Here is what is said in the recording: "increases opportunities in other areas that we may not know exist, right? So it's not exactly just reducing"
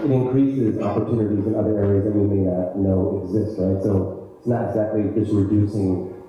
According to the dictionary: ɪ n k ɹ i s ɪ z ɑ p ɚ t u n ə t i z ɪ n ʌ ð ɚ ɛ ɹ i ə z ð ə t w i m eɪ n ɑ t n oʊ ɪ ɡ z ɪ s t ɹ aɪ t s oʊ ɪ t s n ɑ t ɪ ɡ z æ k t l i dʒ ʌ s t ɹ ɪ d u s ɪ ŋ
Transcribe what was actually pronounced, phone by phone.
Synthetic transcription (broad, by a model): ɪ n k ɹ i s ɪ z ɑ p ɚ t u n ə t i z ɪ n ʌ ð ɚ ɛ ɹ i ə z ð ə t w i m eɪ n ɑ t n oʊ ɪ ɡ z ɪ s t ɹ aɪ t s oʊ ɪ t s n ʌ t ɪ ɡ z æ k t l i dʒ ʌ s t ɹ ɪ d u s ɪ ŋ